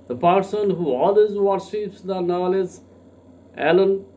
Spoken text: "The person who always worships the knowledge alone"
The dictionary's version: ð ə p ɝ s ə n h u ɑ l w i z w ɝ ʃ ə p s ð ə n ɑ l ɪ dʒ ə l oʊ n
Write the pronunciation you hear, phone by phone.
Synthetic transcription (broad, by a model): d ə p ɝ s ə n h u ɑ l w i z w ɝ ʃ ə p s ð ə n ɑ l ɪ z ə l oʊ n